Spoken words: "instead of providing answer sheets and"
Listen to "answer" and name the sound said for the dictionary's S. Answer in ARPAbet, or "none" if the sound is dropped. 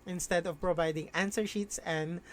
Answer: S